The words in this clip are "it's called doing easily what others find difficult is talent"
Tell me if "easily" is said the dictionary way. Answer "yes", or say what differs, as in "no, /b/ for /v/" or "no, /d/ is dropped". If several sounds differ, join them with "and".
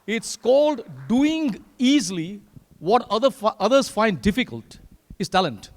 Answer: no, /w/ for /l/